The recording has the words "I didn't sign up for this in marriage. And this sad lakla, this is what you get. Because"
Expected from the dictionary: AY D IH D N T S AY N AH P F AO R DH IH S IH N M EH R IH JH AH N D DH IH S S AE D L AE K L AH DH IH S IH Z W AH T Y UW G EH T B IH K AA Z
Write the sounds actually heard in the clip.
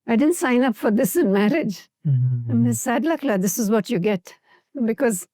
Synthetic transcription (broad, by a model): AY D IH D N T S AY N AH P F AO R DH IH S IH N M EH R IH JH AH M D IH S S AE D L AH K L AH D IH S IH Z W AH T Y UW G EH T B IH K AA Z